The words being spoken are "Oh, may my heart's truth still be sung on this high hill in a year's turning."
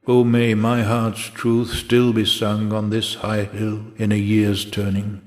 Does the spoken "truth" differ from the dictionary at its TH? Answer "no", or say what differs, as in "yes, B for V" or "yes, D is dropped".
no